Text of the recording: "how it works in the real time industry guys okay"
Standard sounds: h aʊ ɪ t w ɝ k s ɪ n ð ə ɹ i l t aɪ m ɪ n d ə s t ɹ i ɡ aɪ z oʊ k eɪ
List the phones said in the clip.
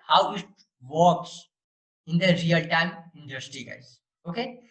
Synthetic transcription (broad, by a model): h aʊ ɪ t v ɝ k s ɪ n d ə ɹ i l t aɪ m ɪ n d ə s t ɹ i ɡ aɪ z oʊ k eɪ